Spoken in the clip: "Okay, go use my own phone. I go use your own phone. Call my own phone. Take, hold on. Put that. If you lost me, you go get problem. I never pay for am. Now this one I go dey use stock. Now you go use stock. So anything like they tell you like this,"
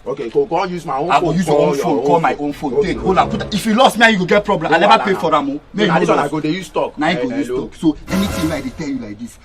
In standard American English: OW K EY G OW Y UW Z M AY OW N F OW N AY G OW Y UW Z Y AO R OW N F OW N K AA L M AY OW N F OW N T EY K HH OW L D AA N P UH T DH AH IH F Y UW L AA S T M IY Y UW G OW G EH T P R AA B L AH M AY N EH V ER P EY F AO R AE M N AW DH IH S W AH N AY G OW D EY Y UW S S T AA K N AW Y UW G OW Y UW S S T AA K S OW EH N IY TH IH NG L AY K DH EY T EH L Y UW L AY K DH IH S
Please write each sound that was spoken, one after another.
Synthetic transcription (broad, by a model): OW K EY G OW Y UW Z M AY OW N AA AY G OW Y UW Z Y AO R OW N F OW N K AA L M AY OW N F OW N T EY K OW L AA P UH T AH IH F Y UW L AA S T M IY Y UW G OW G EH T P R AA B L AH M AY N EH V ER P EY F AO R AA M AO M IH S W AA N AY G OW D EY Y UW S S T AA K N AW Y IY G OW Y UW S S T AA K S OW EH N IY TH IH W AY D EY T EH L Y UW L AY K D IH S